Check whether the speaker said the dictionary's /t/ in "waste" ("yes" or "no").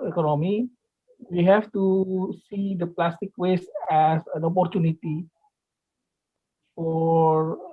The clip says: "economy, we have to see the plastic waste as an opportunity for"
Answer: no